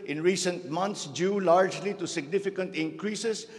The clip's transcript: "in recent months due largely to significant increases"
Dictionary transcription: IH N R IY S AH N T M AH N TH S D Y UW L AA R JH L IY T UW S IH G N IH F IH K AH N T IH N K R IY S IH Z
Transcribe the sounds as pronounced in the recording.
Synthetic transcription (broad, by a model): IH N R IY S AH N T M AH N T S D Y UW L AA R JH L IY T UW S IH G N IH F IH K AH N T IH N K R IY S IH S